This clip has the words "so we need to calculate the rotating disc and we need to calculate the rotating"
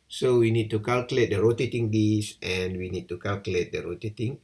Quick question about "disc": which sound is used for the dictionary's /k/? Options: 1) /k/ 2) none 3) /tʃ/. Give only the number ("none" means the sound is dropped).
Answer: 2